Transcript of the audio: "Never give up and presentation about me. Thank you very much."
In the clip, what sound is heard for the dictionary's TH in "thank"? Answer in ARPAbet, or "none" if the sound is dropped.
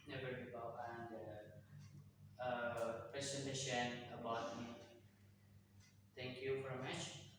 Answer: T